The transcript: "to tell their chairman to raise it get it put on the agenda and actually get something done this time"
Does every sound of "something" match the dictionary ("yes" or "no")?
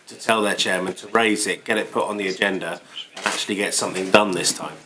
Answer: yes